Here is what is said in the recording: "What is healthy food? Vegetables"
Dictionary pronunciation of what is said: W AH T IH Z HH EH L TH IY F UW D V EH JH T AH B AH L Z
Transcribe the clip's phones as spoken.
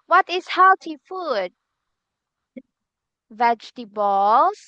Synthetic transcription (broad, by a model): W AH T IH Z HH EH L T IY F UW D V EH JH T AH B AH L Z